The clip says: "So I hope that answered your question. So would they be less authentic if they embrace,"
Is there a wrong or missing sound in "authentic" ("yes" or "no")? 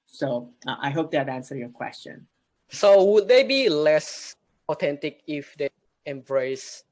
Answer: yes